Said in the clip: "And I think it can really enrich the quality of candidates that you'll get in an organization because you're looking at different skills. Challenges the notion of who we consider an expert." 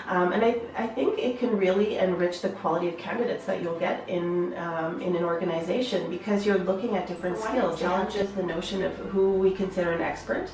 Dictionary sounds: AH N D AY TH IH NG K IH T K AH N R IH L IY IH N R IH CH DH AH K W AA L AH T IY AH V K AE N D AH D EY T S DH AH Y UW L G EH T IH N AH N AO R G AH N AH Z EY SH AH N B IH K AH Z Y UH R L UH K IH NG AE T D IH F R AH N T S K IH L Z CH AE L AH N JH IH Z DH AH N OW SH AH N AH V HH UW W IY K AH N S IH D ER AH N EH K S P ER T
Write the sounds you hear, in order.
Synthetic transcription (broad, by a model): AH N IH AY TH IH NG K IH T K AH N R IH L IY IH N R IH CH DH AH K W AA L AH T IY AH V K AE N D AH D EY T S DH AH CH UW L G EH T IH N AH N AO R G AH N AH Z EY SH AH N B IH K AH Z Y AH R L UH K IH NG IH T D IH F R AH N T S K IH L Z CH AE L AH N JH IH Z DH AH N OW SH AH N AH V HH UW W IY K AH N S IH D ER AH N EH K S P ER T